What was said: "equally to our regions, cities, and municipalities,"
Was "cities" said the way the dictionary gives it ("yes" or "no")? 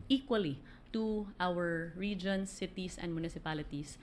no